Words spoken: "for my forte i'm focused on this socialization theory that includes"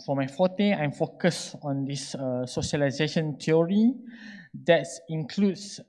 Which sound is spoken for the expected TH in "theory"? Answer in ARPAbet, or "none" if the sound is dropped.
T